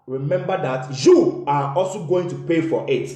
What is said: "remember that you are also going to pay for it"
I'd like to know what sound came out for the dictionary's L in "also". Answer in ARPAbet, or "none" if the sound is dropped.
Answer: L